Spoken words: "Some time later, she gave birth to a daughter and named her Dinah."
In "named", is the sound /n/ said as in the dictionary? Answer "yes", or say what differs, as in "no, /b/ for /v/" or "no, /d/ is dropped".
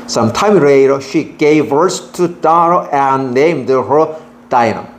yes